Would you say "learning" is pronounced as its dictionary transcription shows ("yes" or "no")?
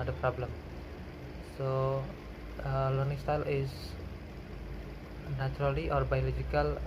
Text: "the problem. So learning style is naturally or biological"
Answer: yes